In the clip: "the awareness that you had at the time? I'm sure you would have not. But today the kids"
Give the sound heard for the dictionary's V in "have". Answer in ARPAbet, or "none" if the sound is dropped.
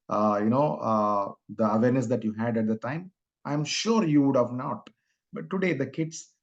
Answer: V